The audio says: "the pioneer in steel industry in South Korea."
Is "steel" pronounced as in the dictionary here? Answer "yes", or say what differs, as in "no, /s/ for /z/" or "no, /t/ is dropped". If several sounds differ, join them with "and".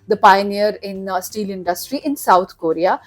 yes